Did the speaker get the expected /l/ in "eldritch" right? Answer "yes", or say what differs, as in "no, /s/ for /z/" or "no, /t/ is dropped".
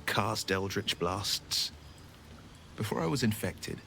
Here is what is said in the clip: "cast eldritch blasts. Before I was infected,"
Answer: yes